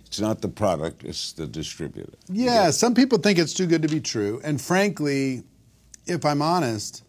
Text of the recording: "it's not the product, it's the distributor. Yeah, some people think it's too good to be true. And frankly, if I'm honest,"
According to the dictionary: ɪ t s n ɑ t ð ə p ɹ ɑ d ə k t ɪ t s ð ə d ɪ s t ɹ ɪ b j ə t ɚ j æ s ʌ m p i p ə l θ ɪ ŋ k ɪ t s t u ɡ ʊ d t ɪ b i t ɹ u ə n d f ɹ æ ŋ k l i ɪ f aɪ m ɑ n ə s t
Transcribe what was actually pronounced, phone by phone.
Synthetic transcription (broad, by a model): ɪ t s n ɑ t ð ə p ɹ ɑ d ə k t ɪ t s ð ə d ɪ s t ɹ ɪ b j ə t ɚ j æ s ʌ m p i p l θ ɪ ŋ k ɪ t s t u ɡ ʊ d t ɪ b i t ɹ u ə n f ɹ æ ŋ k l i ɪ f aɪ m ɑ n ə s t